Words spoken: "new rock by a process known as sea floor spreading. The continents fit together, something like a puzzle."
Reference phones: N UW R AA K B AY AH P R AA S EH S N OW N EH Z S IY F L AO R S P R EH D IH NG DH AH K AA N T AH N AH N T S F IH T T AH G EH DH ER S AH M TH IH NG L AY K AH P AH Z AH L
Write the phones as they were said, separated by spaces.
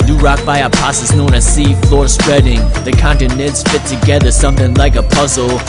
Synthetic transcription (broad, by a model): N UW R AA K B AY AH P AA S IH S N OW N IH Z S IY F L AO R S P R EH D IH NG DH AH K AA N T AH N AH N T S F IH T T AH G EH DH ER S AH M TH IH NG L AY K AH P AH Z L